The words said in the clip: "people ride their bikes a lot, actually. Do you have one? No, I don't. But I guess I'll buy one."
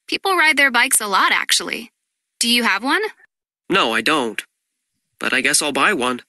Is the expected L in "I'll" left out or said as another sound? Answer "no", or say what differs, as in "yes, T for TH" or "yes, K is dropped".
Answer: no